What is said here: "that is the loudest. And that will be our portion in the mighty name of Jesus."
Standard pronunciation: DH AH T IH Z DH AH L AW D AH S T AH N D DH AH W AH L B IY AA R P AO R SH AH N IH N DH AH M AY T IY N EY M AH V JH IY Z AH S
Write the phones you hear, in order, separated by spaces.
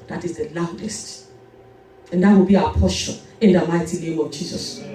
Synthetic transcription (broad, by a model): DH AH T IH Z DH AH L AW D AH S T AH N D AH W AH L B IY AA P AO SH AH IH N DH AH M AY T IY N EY M AH V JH IY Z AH S